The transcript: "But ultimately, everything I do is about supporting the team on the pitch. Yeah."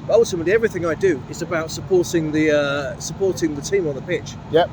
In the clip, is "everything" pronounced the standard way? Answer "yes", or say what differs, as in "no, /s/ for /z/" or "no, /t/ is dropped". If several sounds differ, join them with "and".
yes